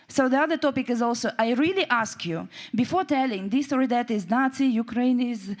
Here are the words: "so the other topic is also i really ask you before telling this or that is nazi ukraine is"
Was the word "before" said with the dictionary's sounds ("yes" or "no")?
yes